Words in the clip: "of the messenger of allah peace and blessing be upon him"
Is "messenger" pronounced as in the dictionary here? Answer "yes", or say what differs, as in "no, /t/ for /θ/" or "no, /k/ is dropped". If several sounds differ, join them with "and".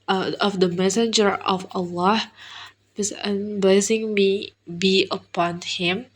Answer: yes